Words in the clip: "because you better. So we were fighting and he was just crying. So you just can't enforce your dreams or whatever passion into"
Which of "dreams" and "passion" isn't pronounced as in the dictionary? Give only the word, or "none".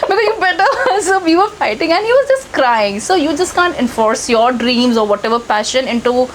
none